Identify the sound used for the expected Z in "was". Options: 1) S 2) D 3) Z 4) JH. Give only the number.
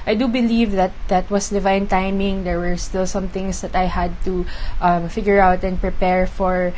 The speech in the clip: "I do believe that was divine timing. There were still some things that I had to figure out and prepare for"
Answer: 1